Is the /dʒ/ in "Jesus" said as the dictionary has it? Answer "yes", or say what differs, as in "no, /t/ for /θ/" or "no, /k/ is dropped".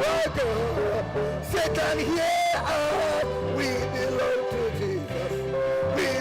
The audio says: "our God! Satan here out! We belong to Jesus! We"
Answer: yes